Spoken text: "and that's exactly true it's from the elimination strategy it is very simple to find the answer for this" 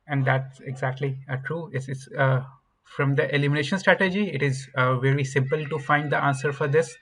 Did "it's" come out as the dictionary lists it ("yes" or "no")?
no